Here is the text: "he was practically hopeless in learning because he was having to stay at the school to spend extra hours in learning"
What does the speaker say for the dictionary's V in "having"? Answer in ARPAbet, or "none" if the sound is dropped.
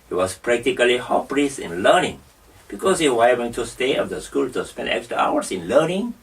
W